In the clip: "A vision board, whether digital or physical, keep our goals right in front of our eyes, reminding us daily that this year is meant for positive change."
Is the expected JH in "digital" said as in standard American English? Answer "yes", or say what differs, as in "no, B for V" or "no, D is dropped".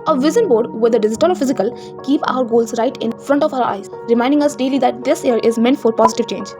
no, Z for JH